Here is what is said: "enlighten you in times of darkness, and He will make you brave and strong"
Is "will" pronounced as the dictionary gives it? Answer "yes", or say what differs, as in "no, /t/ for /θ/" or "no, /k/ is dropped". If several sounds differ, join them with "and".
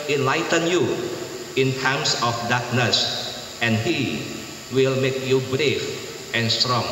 yes